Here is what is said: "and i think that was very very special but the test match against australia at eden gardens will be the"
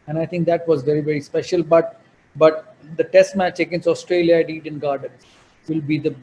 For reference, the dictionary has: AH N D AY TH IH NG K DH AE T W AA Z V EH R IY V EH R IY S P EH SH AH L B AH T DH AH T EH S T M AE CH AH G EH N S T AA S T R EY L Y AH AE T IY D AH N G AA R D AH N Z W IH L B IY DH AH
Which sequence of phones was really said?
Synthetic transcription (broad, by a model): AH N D AY T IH NG K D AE T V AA Z V EH R IY V EH R IY S P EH SH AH L B AH T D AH T EH S T M AE CH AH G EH N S AA S T R EY L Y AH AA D IY D AH N G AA R D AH N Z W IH L B IY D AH